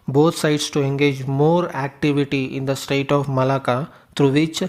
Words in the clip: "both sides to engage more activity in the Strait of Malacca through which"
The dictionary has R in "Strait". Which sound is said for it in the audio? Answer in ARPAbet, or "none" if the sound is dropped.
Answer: none